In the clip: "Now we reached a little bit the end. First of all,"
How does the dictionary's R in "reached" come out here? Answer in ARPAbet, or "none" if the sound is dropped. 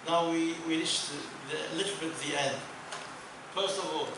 W